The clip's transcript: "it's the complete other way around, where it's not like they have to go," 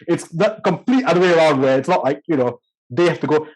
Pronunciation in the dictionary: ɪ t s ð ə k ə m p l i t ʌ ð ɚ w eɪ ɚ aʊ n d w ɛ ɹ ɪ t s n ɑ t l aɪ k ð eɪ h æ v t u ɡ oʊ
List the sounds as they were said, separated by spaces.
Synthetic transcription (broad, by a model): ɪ t s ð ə k ə m p l i t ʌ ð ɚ w eɪ ɚ aʊ n d w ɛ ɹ ɪ t s n ɑ t l aɪ k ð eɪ h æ f t u ɡ oʊ